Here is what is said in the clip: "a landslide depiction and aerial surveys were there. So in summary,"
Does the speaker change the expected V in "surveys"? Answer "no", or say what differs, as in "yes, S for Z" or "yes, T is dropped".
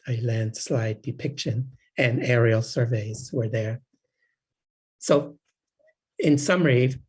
no